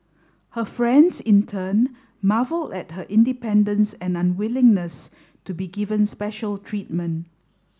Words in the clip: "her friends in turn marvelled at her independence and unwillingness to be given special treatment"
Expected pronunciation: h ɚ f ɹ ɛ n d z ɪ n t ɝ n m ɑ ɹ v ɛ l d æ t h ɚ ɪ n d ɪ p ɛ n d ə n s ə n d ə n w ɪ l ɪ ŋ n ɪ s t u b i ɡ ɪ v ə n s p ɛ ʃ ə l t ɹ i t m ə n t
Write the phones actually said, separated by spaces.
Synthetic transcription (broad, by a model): h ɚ f ɹ ɛ n d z ɪ n t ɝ n m ɑ v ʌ l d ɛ t h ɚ ɪ n d ɪ p ɛ n d ə n s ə n ə n w ɪ l ɪ ŋ n ɪ s t u b i ɡ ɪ v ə n s p ɛ ʃ ə l t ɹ i t m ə n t